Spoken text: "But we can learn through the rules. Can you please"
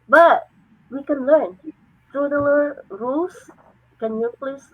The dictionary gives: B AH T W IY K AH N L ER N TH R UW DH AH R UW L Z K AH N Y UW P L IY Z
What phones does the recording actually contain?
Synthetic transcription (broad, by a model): B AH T W IY K AH N L ER N T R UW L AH R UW L S K AH N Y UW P L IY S